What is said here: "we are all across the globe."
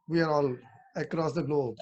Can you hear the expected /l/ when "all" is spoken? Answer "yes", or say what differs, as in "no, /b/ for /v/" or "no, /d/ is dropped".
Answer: yes